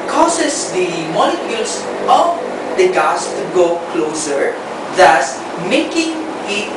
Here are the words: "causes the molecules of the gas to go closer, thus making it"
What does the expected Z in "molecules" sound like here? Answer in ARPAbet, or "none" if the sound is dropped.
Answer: S